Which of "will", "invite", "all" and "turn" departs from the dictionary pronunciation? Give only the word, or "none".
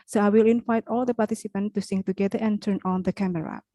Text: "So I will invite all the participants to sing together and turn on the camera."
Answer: none